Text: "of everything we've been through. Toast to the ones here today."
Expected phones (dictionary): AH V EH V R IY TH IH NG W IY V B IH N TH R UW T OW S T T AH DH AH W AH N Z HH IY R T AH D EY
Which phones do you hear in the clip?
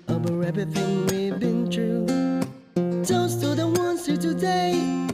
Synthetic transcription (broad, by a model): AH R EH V IY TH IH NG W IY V B IH N T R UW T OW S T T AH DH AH W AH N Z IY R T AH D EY